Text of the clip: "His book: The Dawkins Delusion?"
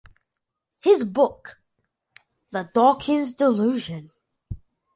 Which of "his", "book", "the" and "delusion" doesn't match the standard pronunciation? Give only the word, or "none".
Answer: none